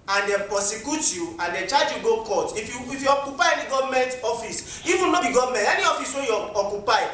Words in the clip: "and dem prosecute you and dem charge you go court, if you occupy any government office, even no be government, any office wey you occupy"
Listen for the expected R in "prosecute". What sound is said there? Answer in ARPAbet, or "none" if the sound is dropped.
none